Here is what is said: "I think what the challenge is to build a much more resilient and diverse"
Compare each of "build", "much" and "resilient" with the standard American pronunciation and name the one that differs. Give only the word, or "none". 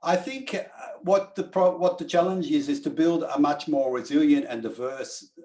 none